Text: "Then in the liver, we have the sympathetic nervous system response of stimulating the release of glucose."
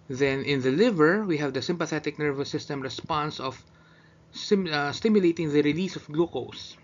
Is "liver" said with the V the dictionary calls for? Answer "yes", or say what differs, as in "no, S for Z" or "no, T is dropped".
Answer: yes